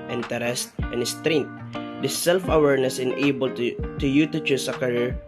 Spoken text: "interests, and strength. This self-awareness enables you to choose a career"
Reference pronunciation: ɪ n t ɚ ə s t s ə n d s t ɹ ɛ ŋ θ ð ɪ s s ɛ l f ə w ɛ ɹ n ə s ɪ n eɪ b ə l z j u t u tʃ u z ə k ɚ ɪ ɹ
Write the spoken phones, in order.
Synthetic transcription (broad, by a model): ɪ n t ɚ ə s t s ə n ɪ s t ɹ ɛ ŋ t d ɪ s s ɛ l f ə w ɛ ɹ n ə s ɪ n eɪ b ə l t j u t u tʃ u s ə k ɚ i ɹ